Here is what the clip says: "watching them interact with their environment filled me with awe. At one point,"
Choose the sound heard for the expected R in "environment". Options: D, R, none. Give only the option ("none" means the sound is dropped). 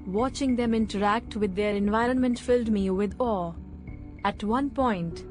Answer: R